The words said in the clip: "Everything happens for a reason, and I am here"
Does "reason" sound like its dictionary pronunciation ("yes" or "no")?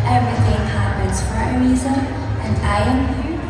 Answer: no